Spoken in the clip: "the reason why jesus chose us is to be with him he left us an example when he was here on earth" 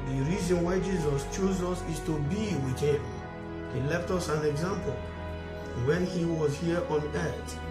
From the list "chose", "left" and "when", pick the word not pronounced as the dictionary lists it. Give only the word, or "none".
none